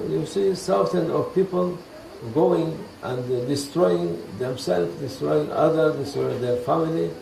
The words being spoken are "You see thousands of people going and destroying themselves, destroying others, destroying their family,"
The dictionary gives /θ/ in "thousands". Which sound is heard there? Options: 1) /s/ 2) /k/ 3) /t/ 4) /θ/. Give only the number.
1